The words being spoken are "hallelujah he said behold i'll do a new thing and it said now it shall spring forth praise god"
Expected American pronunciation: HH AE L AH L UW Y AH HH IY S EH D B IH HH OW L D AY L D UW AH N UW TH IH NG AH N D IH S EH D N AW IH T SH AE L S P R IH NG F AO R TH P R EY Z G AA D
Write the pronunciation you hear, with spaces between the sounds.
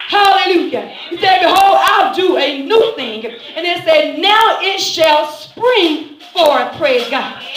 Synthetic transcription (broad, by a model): HH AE L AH L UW Y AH HH IY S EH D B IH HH OW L AY L D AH AH N UW TH IH NG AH N IH S EH D N AW IH T SH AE L S P R IH NG F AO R P R EY Z G AA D